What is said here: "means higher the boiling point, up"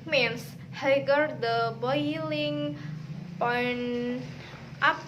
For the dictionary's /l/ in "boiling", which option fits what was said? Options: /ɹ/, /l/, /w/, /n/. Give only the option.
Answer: /l/